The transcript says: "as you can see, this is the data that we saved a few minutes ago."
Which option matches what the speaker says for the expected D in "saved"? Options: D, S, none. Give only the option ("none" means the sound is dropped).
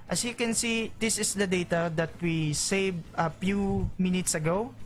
none